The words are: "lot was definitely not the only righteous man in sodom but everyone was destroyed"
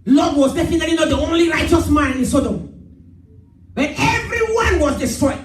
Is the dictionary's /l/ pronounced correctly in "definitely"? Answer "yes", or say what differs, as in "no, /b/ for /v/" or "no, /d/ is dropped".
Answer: no, /l/ is dropped